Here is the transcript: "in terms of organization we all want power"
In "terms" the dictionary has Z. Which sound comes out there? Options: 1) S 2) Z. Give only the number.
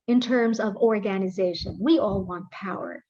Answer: 2